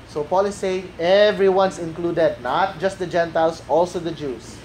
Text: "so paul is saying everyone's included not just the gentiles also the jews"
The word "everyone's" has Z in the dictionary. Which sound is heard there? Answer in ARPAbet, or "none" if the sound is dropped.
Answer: S